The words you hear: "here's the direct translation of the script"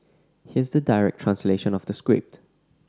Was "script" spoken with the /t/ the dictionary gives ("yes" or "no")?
yes